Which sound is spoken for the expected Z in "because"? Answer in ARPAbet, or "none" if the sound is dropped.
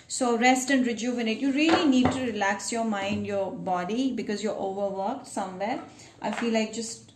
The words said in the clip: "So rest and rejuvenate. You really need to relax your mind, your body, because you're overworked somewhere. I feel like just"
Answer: Z